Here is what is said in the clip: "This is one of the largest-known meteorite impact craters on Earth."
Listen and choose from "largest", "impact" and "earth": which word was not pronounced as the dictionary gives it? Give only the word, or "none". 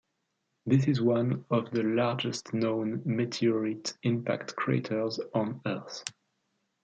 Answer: none